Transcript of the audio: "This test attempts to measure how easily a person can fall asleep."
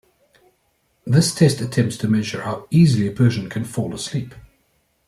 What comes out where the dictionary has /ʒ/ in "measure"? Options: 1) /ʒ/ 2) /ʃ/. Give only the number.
1